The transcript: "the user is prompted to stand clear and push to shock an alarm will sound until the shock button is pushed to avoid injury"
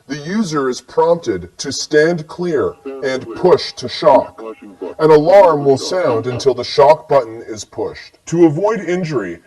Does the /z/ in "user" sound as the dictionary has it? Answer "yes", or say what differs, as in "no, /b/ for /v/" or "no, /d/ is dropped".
yes